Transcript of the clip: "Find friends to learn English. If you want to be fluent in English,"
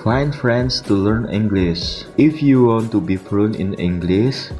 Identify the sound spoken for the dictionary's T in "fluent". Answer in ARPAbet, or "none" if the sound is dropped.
none